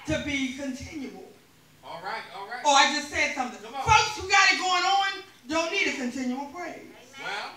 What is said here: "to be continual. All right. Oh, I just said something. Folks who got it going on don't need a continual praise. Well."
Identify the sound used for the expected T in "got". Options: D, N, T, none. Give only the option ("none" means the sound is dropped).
T